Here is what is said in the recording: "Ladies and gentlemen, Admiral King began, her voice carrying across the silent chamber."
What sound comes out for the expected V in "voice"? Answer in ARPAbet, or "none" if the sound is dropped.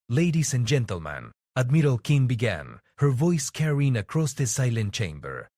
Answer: V